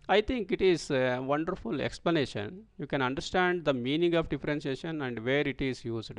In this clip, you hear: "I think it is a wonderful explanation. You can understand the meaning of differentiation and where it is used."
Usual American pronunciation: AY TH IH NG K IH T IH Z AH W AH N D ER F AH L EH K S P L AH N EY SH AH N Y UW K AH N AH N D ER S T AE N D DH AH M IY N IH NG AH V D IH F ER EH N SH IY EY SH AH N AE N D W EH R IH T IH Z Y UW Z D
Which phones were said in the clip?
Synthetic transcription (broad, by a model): AY T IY NG K IH T IH Z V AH N D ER F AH L EH K S P L AH N EY SH AH N Y UW K AH N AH N D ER S T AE N D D AH M IY N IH NG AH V D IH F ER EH N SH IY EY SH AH N AE N D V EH R IH T IH Z Y UW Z D